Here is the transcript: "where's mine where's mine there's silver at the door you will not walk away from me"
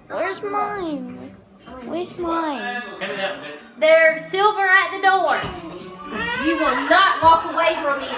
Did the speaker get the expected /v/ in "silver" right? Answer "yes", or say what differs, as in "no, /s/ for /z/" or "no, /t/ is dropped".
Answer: yes